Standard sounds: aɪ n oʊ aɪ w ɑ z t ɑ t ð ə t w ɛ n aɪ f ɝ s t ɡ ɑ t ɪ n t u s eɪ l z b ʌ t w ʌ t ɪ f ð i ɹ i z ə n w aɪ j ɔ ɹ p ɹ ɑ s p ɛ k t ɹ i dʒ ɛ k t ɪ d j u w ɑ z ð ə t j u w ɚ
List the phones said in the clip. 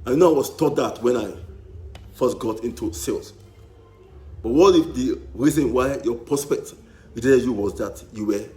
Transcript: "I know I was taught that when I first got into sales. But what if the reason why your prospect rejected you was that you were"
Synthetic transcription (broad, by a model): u n oʊ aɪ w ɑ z t ɑ t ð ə t w ɛ n aɪ f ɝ s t ɡ ɑ t ɪ n t u s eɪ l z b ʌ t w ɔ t ɪ f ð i ɹ i z ə n w aɪ j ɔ p ɹ ɑ s p ɛ k t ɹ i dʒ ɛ t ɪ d j u w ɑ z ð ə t j u w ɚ